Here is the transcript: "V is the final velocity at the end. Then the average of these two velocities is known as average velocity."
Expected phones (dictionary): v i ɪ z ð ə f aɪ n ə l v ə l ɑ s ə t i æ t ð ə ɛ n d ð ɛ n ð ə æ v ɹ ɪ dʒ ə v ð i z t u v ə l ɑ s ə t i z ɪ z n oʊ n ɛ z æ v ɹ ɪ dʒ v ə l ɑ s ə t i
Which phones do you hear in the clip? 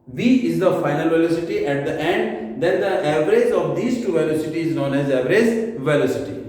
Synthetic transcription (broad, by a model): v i ɪ z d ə f aɪ n ə l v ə l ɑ s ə t i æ t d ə ɛ n d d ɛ n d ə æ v ɹ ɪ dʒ ə v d i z t u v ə l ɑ s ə t i ɪ z n oʊ n ɛ z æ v ɹ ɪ z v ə l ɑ s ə t i